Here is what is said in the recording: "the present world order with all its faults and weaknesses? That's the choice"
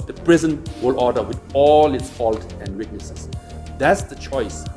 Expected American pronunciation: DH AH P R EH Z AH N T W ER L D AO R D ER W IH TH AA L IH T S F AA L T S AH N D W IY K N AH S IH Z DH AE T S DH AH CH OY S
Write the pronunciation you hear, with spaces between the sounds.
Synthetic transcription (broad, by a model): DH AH P R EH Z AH N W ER L AO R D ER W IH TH AA L IH T S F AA L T AH N D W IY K N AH S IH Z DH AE T S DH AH CH OY S